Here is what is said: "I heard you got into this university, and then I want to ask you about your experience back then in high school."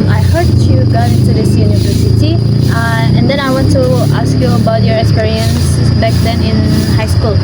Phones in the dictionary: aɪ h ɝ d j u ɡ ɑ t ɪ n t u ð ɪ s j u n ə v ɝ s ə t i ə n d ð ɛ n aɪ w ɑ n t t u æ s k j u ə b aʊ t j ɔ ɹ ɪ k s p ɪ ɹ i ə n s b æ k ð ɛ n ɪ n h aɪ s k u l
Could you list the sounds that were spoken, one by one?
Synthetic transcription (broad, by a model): aɪ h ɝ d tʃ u ɡ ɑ ɪ n t u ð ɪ s j u n ə v ɝ s ə t i ə n d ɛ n aɪ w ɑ n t t u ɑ s k j u ə b aʊ t j ɔ ɹ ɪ k s p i ɹ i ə n s b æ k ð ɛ n ɪ n h aɪ s k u l